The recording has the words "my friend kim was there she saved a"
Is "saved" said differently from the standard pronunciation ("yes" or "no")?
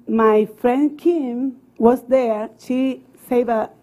yes